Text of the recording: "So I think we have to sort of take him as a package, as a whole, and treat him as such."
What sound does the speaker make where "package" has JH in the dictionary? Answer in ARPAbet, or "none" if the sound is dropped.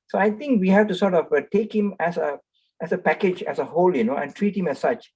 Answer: JH